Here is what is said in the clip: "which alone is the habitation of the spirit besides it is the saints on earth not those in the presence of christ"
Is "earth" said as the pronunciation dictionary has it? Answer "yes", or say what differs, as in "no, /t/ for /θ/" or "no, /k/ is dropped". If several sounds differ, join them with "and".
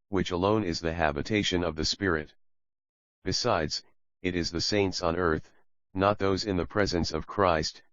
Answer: yes